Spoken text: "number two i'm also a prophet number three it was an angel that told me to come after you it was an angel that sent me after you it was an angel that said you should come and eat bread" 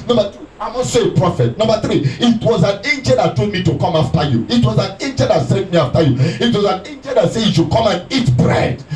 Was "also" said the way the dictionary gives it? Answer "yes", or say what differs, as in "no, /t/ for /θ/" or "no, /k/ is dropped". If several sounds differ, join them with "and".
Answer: no, /l/ is dropped